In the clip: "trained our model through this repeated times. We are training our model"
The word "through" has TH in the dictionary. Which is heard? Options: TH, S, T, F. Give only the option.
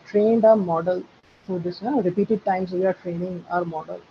F